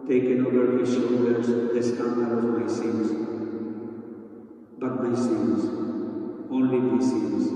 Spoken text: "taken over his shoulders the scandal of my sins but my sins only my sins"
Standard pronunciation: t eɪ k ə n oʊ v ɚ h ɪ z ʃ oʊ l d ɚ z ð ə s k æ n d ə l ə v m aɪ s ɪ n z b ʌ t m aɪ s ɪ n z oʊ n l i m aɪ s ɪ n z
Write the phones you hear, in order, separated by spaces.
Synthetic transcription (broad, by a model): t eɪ k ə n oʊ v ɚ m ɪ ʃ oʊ d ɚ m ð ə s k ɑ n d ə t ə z m aɪ s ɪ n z b ʌ t m aɪ s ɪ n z oʊ n l i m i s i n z